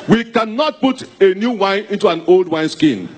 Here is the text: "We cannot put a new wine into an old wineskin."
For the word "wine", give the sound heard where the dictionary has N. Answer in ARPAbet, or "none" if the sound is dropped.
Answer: N